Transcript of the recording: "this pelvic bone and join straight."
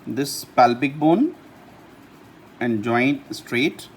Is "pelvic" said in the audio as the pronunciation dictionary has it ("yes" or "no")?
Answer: no